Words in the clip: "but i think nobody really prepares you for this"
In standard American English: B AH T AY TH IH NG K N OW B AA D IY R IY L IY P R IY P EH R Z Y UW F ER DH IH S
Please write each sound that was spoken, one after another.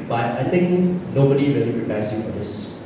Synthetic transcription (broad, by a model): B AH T AY T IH NG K N OW B AA D IY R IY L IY P R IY P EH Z Y UW F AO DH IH S